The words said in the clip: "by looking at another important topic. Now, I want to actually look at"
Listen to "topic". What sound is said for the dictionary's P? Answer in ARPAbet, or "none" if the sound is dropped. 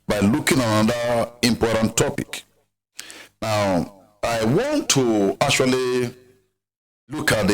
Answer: P